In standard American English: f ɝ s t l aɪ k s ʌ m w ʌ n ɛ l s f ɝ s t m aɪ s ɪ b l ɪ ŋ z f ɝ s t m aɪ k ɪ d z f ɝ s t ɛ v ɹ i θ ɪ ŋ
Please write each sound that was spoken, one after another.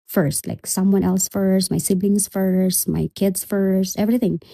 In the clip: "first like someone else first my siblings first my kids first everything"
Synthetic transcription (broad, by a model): f ɝ s t l aɪ k s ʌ m w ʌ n ɛ l s f ɝ s t m aɪ s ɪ b l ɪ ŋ s f ɝ s t m aɪ k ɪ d s f ɝ s t ɛ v ɹ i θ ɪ ŋ